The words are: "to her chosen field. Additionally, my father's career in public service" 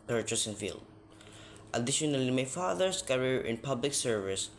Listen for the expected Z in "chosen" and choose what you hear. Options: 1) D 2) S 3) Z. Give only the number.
2